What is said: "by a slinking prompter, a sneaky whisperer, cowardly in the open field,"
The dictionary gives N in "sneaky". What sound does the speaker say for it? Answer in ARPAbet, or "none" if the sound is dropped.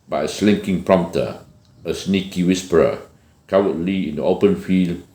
N